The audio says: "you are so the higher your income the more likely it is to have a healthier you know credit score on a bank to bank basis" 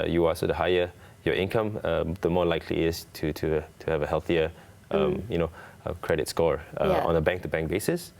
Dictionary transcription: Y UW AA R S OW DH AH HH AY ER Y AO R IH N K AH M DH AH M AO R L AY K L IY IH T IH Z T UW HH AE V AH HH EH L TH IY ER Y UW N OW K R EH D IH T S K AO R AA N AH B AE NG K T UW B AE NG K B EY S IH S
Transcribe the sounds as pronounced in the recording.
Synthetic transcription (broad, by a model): Y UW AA L S OW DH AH HH AY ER Y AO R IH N K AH M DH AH M AO L AY K L IY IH T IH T T UW HH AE V AH HH EH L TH IY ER Y UW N OW K R EH D IH T S K AO R AA N AH B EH NG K T UW B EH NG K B EY S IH S